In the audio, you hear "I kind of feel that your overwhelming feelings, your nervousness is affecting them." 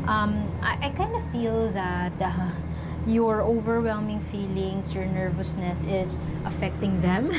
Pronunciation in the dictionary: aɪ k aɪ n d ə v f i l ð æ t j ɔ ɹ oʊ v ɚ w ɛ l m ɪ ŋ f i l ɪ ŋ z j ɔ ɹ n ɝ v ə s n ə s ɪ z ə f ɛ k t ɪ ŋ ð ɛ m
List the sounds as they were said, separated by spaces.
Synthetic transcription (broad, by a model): aɪ k aɪ n d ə f i l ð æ t j ɔ ɹ oʊ v ɚ w ɛ l m ɪ ŋ f i l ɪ ŋ s j ɔ ɹ n ɝ v ə s n ə s ɪ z ə f ɛ k t ɪ ŋ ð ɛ m